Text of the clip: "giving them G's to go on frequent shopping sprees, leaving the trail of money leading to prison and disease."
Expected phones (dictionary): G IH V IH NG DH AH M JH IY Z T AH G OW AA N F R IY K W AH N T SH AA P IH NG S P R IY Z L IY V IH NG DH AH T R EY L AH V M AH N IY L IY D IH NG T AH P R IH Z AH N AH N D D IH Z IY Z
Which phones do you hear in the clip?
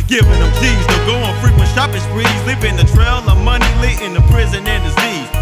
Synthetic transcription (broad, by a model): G IH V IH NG DH AH M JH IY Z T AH G OW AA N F R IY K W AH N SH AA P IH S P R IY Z L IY P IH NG DH AH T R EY L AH M AH N IY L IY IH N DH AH P R IH Z AH N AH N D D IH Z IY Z